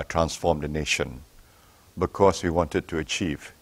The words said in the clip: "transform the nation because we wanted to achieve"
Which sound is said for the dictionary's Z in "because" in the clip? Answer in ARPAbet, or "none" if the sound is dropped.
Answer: S